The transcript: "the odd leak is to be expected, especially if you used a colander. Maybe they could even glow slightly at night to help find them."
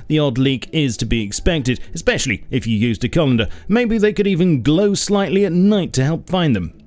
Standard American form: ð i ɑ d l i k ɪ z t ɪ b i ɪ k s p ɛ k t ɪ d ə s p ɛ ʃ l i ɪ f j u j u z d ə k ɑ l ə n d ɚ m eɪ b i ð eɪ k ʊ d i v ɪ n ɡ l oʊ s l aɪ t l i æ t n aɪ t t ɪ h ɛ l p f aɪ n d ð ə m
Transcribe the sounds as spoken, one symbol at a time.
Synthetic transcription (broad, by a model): ð i ɑ d l i k ɪ z t ɪ b i ɪ k s p ɛ k t ɪ d ə s p ɛ ʃ l i ɪ f j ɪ j u z d ə k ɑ l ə n d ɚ m eɪ b i ð eɪ k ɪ d i v ɪ n ɡ l oʊ s l aɪ t l i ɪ t n aɪ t t ɪ h ɛ l p f aɪ n ð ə m